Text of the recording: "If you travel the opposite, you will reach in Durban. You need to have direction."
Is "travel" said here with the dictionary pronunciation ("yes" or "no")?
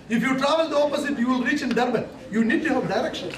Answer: yes